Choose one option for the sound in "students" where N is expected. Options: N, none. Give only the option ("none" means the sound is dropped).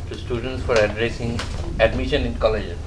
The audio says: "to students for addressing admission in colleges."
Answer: N